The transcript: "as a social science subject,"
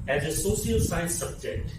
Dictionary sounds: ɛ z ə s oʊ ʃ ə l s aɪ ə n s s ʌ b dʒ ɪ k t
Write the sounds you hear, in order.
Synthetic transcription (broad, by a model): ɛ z ə s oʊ s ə l s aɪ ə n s s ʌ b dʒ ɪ k t